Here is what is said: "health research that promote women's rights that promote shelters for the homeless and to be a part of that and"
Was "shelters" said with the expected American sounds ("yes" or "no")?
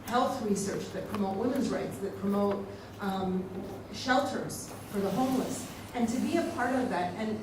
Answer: yes